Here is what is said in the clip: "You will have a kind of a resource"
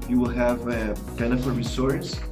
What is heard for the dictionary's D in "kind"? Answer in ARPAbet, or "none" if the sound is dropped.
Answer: none